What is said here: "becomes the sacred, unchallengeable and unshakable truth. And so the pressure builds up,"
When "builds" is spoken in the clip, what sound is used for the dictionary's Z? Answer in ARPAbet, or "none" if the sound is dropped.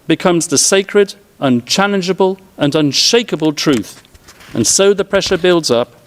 Z